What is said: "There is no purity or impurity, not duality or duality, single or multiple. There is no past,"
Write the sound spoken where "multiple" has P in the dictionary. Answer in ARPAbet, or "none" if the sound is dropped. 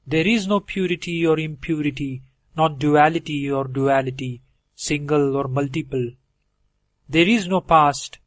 P